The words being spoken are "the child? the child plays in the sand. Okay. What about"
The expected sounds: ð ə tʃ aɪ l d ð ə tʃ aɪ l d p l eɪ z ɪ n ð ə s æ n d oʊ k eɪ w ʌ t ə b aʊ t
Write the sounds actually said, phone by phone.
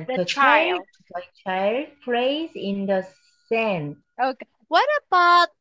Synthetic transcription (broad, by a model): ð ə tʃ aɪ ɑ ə tʃ aɪ l d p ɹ eɪ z ɪ n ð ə s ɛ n oʊ k eɪ w ʌ t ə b aʊ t